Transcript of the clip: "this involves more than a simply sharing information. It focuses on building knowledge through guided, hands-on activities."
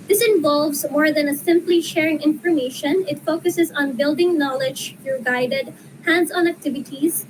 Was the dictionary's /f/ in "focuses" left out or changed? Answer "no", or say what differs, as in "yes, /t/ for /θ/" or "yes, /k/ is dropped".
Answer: no